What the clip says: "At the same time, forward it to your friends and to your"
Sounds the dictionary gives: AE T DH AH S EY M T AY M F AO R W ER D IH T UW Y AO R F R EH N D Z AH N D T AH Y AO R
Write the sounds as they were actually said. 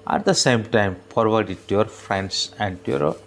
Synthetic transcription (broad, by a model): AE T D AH S EY M T AY M P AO R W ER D IH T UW Y AO R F R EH N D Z AH N D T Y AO R